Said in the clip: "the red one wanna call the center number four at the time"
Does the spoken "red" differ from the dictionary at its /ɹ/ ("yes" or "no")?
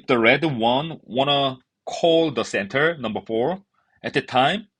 no